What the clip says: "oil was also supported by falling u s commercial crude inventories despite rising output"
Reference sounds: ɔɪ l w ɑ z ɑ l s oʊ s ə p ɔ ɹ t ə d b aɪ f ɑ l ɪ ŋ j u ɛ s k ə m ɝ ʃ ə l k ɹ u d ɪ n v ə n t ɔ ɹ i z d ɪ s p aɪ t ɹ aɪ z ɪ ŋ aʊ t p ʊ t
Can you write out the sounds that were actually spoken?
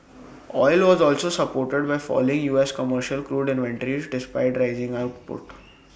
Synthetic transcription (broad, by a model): ɔɪ l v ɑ z ɑ l s oʊ s ə p ɔ ɹ t ə d b aɪ f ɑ l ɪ ŋ j u ɛ s k ə m ɝ ʃ ə l k ɹ u d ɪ n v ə n t ɹ i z d ɪ s p aɪ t ɹ aɪ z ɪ ŋ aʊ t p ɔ t